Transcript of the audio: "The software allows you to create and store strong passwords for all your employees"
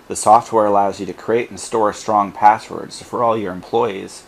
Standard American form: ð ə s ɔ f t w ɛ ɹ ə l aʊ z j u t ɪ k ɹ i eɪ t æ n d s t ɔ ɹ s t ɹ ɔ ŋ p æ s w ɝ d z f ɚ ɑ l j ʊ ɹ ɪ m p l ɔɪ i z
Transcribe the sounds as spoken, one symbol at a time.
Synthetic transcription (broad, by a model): ð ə s ɔ f t w ɛ ɹ ə l aʊ z j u t ɪ k ɹ i eɪ t n s t ɔ ɹ s t ɹ ɔ ŋ p æ s w ɝ d z f ɚ ɑ l j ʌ ɹ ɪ m p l ɔɪ i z